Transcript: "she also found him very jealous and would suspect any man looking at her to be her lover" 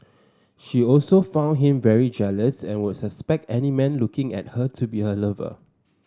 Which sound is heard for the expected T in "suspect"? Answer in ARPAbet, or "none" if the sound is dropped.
T